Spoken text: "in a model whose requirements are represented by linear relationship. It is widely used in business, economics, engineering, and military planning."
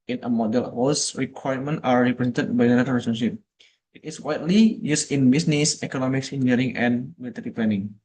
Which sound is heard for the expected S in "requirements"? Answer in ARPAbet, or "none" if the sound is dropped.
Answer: none